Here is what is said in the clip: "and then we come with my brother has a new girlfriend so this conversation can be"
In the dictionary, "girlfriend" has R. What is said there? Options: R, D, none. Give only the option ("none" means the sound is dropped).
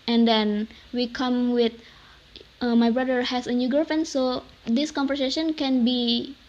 none